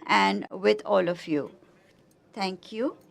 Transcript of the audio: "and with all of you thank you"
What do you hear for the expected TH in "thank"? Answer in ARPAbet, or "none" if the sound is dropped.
T